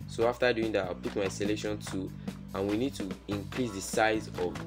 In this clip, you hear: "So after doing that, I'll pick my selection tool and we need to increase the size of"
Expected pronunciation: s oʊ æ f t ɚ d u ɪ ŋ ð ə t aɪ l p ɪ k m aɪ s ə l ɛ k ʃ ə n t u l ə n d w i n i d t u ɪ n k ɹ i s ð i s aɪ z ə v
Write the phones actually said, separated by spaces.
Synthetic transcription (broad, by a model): s oʊ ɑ f t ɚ d u ɪ ŋ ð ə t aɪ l p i k m aɪ s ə l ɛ ʃ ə n t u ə n w i n i d t u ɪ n k ɹ i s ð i s aɪ z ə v